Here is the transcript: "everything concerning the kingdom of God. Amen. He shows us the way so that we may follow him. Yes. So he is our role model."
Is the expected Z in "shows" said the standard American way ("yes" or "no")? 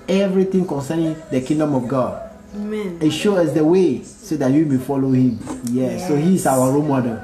no